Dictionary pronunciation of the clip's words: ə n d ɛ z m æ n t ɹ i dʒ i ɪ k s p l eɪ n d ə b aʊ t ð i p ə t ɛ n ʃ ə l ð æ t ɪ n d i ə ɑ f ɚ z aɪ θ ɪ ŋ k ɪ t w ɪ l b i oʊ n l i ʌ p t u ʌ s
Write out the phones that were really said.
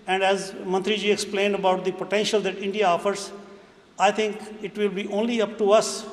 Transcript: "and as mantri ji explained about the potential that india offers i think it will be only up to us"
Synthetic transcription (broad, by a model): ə n d ɛ z m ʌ n t ɹ i dʒ i ɪ k s p l eɪ n d ə b aʊ t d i p ə t ɛ n ʃ ə l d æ t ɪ n d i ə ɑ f ɚ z aɪ t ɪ ŋ k ɪ t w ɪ l b i oʊ n l i ʌ p t u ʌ s